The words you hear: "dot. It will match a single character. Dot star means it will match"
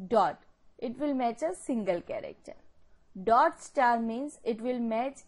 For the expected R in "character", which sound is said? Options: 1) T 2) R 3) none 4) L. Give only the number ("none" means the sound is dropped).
2